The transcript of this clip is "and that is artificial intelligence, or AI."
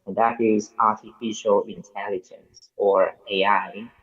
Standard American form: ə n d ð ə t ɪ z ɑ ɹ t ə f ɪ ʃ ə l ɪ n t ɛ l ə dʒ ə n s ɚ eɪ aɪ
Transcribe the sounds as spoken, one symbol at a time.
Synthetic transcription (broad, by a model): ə n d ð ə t ɪ z ɑ ɹ t ə f ɪ ʃ ə l ɪ n t ɛ l ə dʒ ə n s ɚ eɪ aɪ